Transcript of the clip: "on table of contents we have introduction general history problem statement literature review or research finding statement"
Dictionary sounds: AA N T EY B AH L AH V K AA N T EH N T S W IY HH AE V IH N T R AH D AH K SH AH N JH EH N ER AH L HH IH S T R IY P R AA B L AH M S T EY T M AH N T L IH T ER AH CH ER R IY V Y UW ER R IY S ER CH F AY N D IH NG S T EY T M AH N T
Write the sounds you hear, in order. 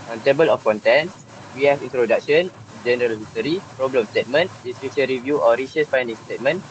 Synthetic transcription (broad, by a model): AA N T EY B AH L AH F K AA N T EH N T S W IY HH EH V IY N T R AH D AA K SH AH N JH EH N ER AH L HH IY S T R IY P R AA B L AH M S T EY T M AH N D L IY S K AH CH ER R IY V Y UW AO R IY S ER S F AY N D IH NG S T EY T M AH N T